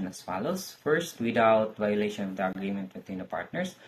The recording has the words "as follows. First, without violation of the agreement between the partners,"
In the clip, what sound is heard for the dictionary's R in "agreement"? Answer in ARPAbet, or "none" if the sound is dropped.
R